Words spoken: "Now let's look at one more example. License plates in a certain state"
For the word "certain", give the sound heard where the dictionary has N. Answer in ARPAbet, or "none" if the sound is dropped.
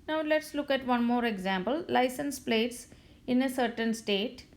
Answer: N